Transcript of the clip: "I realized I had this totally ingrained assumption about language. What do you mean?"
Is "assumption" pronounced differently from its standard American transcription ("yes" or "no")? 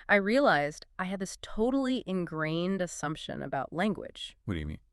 no